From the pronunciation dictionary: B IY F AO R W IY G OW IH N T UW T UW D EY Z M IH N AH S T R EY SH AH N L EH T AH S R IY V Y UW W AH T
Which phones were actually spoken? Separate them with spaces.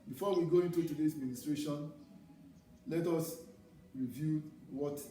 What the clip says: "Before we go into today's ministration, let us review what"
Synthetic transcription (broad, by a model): B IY F AO W IY G OW IH N T UW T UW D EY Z M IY N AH S T R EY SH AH N L EH T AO S R IY V Y UW W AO T